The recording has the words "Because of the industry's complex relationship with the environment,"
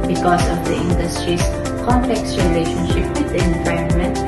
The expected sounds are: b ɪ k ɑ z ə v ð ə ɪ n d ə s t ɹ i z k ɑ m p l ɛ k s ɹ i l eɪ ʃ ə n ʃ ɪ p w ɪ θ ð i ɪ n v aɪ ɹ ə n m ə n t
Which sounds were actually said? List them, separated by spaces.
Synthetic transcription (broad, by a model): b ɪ k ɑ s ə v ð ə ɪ n d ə s t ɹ i s k ɑ m p l ɛ k s ɹ i l eɪ ʃ ə n ʃ ɪ p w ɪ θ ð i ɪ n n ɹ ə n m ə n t